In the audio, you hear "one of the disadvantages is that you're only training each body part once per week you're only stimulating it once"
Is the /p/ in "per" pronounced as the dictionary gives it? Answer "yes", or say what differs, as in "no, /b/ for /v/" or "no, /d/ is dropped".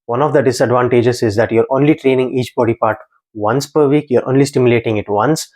yes